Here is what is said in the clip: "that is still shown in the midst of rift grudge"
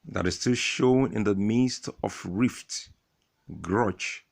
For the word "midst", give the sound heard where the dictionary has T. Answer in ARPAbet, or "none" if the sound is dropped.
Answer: T